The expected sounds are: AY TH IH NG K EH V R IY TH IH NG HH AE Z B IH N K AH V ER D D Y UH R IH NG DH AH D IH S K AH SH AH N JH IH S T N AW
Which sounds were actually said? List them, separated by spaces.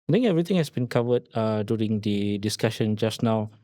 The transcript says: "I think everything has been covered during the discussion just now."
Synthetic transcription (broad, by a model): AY T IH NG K EH V R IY T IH NG HH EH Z B IH N K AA V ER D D Y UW R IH NG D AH D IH S K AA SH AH N JH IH S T N AW